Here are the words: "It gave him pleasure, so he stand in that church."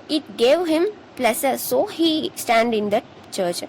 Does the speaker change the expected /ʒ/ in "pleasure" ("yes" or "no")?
yes